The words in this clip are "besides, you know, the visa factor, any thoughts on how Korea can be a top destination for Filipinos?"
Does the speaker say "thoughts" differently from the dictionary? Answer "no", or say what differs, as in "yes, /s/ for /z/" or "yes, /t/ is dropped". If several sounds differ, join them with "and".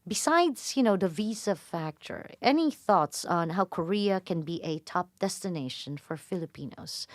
no